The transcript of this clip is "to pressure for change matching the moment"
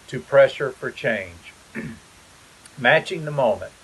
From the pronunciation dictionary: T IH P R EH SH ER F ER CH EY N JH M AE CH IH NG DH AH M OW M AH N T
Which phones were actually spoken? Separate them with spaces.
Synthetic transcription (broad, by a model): T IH P R EH SH ER F ER CH EY N JH M AE CH IH NG DH AH M OW M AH N T